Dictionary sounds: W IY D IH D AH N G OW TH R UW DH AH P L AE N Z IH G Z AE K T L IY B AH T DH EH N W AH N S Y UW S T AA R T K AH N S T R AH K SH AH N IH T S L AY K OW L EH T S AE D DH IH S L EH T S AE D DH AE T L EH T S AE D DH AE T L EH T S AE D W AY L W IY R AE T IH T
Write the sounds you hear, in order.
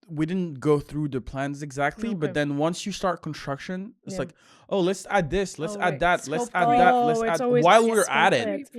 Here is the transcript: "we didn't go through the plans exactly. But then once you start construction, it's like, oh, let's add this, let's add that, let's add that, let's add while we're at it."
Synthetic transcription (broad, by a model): W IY D IH D N G OW TH R UW DH AH P L AE N Z IH G Z AE K T L IY B AH T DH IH N W AH N S Y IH S T AA R T K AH N S T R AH K SH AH N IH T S L AY K OW L EH T S AE D DH IH S L EH T S AE D DH AE T L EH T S AE D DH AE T L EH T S AE D W AY L W IY R AE T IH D